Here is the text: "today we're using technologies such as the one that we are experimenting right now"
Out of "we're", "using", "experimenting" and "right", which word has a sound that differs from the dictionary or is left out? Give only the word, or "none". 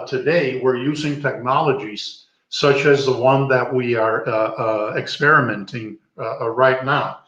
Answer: none